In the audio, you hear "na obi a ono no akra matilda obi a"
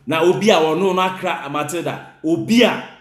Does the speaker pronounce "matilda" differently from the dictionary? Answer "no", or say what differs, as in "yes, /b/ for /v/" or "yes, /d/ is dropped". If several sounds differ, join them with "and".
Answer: yes, /l/ is dropped